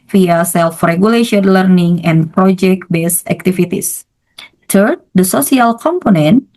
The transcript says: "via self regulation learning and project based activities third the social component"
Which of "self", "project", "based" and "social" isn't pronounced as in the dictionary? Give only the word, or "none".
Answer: social